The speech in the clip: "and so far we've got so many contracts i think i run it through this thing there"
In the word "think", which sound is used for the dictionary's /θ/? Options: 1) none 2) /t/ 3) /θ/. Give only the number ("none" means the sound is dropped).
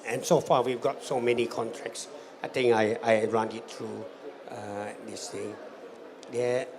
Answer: 2